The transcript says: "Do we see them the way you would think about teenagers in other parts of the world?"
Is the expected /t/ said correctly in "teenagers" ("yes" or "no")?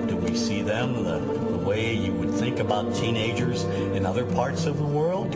yes